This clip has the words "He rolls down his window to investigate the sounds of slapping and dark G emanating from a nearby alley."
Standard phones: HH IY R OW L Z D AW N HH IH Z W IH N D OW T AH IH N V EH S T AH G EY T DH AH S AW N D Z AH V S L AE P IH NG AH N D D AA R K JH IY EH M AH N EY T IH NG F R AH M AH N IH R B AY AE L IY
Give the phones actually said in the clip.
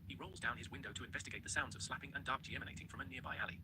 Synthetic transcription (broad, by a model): HH IY R OW L Z D AW N IH Z W IH N D OW T AH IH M V EH S T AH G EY T DH AH S AW N D Z AH V S L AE P IH NG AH N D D AA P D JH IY EH M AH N EY T IH NG F R AH M AH N IH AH B AY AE L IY